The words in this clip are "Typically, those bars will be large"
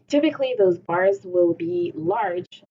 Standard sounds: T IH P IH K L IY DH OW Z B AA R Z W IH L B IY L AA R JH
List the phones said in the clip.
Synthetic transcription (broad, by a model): T IH P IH K L IY DH OW Z B AA R Z W IH L B IY L AA R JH